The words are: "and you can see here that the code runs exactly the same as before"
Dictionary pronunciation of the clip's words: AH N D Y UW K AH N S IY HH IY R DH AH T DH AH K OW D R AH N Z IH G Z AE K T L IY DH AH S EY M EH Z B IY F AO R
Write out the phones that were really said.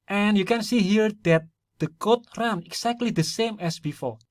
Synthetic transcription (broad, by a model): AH N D Y UW K AH N S IY HH IY R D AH T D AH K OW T R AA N IH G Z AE K T L IY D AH S EY M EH S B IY F AO R